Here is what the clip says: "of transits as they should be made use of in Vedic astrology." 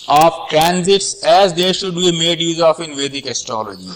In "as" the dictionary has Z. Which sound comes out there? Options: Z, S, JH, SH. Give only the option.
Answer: Z